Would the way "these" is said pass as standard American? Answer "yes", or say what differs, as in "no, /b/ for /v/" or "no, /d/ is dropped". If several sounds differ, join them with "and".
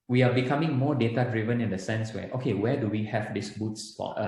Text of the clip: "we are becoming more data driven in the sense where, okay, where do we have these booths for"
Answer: no, /s/ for /z/